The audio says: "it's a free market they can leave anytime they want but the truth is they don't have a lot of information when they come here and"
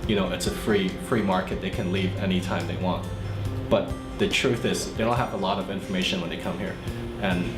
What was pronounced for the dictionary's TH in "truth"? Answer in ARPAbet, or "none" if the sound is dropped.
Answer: TH